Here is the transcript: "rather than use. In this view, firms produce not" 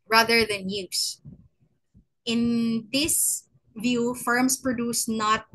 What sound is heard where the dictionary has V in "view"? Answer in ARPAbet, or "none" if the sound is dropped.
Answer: V